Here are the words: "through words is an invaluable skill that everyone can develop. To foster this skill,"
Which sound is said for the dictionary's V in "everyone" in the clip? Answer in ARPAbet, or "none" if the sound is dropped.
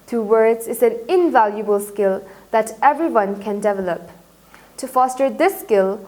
V